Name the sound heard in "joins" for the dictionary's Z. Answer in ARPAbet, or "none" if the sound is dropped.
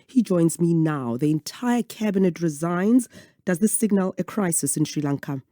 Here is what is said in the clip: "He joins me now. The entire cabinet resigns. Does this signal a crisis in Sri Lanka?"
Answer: Z